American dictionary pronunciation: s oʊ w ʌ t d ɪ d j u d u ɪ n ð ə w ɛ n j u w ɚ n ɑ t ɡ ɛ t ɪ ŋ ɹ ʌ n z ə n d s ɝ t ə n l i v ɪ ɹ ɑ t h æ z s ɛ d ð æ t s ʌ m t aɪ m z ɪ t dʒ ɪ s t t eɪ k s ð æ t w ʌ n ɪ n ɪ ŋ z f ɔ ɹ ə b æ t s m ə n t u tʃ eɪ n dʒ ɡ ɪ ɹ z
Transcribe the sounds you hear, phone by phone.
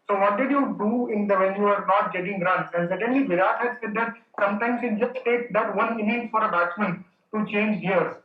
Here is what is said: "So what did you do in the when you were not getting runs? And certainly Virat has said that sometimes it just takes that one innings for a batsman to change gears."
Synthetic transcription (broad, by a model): s oʊ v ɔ t d ɪ d j u d u ɪ n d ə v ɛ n j u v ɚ n ɑ t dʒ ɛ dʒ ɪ ŋ ɹ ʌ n ə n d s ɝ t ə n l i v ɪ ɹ ɑ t h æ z s ɛ d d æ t s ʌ m t aɪ m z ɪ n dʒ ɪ s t t eɪ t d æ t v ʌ n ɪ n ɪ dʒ f ɔ ɹ ə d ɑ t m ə n t u tʃ eɪ n dʒ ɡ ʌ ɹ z